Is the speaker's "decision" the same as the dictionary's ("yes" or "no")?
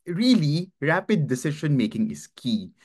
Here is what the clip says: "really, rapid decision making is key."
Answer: no